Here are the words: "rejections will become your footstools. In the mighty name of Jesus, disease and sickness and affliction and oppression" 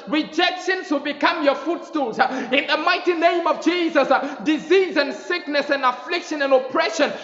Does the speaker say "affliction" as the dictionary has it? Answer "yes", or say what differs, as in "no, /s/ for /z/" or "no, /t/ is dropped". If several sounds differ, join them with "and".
yes